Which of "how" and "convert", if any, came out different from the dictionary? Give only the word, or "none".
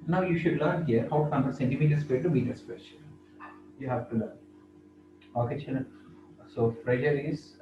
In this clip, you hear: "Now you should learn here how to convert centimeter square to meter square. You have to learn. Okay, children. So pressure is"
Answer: convert